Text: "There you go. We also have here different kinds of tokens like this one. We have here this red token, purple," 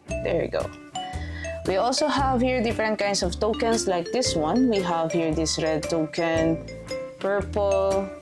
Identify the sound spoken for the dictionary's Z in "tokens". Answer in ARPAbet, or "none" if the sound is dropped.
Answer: S